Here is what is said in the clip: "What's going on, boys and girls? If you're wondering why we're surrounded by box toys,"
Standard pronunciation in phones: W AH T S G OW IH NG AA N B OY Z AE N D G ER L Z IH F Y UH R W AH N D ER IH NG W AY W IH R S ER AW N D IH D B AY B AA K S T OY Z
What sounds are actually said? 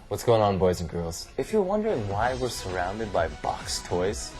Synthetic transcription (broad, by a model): W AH T S G OW IH NG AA N B OY Z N G ER L Z IH F Y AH R W AH N D ER IH NG W AY W IH R S ER AW N D IH D B AY B AA K S T OY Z